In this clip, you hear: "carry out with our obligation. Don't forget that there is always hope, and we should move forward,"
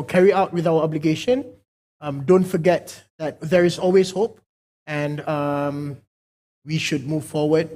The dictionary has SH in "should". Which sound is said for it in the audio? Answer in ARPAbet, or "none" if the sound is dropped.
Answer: SH